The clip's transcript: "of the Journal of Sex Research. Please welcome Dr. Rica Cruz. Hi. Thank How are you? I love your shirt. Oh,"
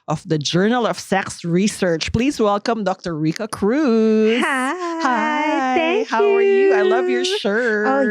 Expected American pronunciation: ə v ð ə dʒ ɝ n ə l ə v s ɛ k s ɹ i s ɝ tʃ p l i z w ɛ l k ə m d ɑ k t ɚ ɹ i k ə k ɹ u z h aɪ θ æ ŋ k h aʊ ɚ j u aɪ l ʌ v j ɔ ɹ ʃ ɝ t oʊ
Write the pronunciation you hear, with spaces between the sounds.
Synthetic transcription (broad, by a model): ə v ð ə dʒ ɝ n ə l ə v s ɛ k s ɹ i s ɝ tʃ p l i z w ɛ l k ə m d ɑ k t ɚ ɹ i k ə k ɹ u h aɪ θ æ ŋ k h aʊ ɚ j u aɪ l ʌ v j ɔ ɹ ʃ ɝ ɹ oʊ